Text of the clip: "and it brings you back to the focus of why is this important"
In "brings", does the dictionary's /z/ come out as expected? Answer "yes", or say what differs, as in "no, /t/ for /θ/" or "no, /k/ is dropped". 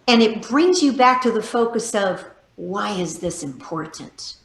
yes